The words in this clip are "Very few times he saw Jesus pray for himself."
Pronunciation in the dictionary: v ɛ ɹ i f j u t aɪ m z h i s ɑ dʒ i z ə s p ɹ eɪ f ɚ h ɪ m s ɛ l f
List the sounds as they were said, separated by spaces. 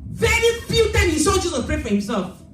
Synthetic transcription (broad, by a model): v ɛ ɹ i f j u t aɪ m h i s ɑ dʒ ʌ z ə p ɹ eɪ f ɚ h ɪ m s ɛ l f